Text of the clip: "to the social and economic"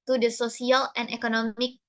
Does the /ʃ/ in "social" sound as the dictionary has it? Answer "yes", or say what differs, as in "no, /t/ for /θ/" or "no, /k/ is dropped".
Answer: no, /s/ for /ʃ/